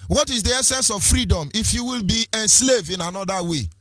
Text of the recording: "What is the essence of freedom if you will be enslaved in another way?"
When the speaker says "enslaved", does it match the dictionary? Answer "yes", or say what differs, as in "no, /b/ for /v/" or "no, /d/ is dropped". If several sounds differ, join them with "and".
no, /d/ is dropped